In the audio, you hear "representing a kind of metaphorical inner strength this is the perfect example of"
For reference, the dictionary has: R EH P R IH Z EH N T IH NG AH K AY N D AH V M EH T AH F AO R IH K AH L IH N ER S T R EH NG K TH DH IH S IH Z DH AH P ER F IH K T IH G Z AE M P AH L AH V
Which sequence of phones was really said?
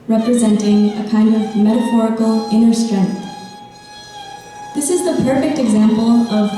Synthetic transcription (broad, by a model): R EH P R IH Z EH N T IH NG AH K AY N D AH V M EH T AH F AO R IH K L IH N ER S T R EH NG K TH DH IH S IH Z DH AH P ER F IH K T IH G Z AE M P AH L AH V